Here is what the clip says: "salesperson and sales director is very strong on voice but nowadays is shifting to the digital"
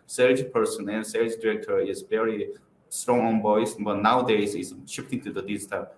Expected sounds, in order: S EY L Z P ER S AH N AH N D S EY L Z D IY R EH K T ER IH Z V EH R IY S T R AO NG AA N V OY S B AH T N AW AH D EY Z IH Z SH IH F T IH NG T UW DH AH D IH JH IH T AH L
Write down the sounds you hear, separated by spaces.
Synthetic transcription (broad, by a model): S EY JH P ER S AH N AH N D S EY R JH D IY R EH K T ER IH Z V EH R IY S T R AO NG AA N B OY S B AH T N AW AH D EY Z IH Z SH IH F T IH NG T UW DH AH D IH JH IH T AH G